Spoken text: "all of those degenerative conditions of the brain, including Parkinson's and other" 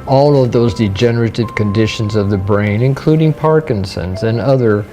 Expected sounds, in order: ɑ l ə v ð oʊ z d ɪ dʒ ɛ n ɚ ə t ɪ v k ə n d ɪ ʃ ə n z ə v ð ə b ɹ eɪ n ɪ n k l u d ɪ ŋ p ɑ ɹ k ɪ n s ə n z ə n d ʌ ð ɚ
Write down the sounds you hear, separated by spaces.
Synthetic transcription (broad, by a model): ɑ l ə v ð oʊ z d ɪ dʒ ɛ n ɚ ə t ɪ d k ə n d ɪ ʃ ə n z ə v ð ə b ɹ eɪ n ɪ n k l u d ɪ ŋ p ɑ ɹ k ɪ n s ə n z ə n ʌ ð ɚ